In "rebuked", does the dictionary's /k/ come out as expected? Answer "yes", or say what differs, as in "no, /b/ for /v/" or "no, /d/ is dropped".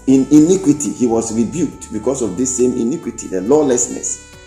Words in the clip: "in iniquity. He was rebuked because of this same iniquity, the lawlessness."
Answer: yes